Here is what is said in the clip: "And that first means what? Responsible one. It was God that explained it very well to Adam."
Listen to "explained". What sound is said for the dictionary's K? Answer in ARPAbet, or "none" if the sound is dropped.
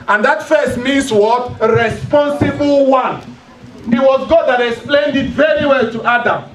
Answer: K